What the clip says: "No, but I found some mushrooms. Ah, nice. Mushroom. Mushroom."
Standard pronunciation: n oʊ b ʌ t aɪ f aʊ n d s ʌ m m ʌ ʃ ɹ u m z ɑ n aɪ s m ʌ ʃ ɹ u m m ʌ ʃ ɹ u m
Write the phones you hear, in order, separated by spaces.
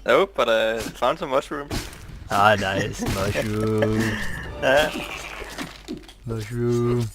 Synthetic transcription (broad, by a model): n oʊ b ʌ t aɪ f aʊ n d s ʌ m m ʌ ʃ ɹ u m ɑ n aɪ s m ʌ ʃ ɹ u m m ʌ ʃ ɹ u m